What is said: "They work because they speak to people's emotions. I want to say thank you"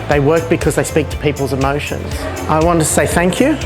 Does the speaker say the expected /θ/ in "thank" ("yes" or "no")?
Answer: yes